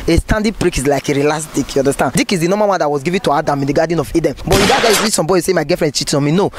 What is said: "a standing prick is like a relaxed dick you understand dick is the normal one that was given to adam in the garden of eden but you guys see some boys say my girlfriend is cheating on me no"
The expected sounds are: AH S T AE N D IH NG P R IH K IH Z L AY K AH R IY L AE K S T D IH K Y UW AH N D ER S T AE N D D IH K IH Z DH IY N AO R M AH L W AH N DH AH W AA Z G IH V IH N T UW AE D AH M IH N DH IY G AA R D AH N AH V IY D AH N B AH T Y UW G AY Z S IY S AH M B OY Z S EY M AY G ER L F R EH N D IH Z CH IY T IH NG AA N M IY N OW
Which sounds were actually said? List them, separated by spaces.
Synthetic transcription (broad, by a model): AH S T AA N D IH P R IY K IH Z L AY K AH R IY L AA S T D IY K Y UW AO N D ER S T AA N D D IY K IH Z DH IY N AO M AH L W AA N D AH W AA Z G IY V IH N T UW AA D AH M IH N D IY G AA D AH N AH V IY D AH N B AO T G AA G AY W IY S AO M B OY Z S EY M AY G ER F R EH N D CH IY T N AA M IY N OW